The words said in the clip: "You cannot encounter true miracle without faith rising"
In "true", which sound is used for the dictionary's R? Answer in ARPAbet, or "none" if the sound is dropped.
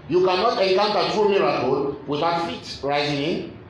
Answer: none